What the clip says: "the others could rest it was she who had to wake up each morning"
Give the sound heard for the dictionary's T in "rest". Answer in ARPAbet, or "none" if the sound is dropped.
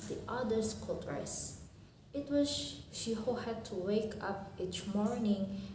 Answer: none